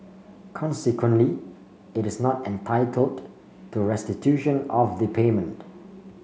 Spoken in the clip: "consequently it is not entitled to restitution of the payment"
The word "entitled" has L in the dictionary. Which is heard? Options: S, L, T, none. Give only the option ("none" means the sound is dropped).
L